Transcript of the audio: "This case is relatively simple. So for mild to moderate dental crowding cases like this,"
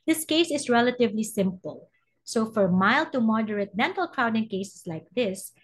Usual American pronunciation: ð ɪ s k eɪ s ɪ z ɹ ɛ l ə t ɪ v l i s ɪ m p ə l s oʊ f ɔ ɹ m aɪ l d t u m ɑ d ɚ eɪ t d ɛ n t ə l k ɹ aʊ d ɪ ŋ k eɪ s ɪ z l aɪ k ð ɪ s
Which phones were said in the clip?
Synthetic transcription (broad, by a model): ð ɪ s k eɪ s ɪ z ɹ ɛ l ə t ɪ v l i s ɪ m p ə l s oʊ f ɔ ɹ m aɪ l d t u m ɑ d ɚ eɪ t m ɛ n t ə l k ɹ aʊ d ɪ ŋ k eɪ s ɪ s l aɪ k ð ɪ s